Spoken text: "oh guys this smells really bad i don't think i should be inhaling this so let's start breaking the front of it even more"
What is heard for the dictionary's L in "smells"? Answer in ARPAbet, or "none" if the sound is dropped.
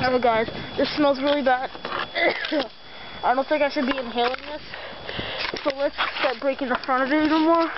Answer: L